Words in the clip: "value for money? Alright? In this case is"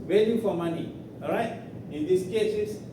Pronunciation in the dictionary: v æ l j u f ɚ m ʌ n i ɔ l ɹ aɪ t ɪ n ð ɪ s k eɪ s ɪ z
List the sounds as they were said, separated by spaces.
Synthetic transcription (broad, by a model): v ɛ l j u f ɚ m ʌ n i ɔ ɹ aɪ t ɪ n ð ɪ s k eɪ s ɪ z